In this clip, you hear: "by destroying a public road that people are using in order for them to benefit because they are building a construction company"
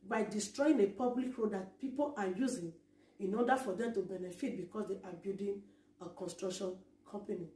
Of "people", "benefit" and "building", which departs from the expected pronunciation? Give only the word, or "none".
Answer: building